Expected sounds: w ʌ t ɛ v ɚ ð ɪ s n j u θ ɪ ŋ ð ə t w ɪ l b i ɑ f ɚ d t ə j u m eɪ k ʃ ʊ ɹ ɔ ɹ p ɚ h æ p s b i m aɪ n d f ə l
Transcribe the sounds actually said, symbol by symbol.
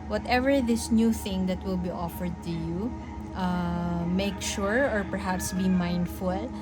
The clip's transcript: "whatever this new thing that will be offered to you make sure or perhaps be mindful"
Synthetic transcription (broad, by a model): w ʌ t ɛ v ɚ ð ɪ s n j u θ ɪ ŋ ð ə t w ɪ l b i ɑ f ɚ d t ə j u m eɪ k ʃ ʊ ɹ ɔ ɹ p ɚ h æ p s b i m aɪ n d f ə l